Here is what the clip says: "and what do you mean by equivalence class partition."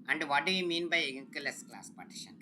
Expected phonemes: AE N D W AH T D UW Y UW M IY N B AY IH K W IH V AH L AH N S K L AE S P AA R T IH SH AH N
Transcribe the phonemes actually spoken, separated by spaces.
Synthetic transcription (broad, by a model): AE N D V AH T D UW Y UW M IY N B AY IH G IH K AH L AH S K L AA S P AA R T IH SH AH N